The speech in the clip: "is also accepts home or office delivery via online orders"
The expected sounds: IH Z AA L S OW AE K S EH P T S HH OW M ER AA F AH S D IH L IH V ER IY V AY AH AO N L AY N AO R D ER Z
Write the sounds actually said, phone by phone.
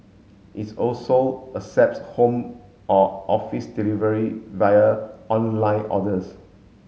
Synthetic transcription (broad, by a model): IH S AA L S OW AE S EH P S HH OW M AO AA F AH S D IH L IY V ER IY V AY AH AO N L AY N AO D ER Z